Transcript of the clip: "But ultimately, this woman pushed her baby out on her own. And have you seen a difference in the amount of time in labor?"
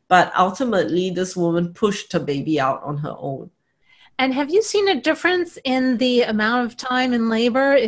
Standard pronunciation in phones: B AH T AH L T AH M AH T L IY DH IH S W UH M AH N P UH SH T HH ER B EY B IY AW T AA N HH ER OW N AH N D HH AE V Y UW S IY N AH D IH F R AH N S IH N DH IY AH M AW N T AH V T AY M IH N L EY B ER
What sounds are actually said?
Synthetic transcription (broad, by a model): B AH T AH L T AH M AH T L IY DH IH S W UH M AH N P UH SH T HH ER B EY B IY AW T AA N HH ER OW N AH N HH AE V Y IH S IY N AH D IH F R AH N S IH N DH IY AH M AW N T AH V T AY M IH N L EY B ER